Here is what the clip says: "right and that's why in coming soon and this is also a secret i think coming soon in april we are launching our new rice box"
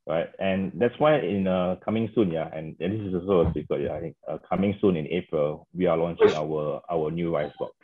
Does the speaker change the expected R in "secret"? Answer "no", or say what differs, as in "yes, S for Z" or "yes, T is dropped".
yes, R is dropped